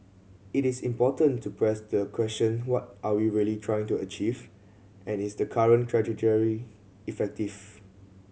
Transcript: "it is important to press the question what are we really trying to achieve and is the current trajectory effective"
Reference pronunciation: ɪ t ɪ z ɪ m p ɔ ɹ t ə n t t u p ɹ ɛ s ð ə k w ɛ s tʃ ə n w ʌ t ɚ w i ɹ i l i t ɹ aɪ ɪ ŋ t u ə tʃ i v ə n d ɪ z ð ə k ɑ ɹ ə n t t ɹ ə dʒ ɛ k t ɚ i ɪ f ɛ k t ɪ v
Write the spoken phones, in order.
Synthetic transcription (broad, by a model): ɪ t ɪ s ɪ m p ɔ t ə n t t u p ɹ ɛ s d ə k w ɛ s tʃ ə n w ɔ t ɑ w i ɹ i l i t ɹ aɪ ɪ ŋ t u ə tʃ i v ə n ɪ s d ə k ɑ ɹ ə n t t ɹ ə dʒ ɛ t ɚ i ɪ f ɛ k t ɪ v